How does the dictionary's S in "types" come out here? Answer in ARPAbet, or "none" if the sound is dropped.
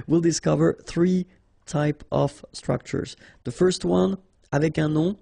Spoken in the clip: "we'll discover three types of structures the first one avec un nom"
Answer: none